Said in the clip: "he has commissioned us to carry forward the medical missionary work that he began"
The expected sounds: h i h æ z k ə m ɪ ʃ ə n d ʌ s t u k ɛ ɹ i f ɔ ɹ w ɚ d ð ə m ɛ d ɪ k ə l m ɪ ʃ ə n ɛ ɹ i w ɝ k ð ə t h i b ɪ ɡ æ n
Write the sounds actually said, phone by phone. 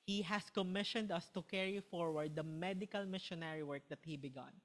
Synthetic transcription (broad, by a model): h i h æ s k ə m ɪ ʃ ə n d ʌ s t u k ɛ ɹ i f ɔ ɹ w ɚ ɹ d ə m ɛ d ɪ k ə l m ɪ ʃ ə n ɛ ɹ i w ɝ k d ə t h i b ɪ ɡ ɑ n